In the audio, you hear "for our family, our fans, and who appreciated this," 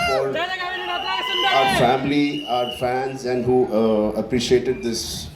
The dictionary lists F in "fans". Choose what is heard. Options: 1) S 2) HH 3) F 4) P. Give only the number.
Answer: 3